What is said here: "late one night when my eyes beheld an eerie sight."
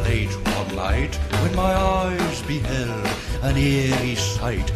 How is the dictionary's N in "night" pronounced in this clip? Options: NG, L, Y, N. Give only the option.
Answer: L